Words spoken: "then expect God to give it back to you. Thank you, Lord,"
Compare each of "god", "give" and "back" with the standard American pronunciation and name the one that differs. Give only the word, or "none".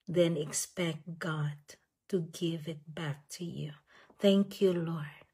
none